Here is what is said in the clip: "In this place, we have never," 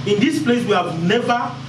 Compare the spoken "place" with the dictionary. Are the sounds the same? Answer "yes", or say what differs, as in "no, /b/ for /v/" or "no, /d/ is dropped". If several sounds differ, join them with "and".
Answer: yes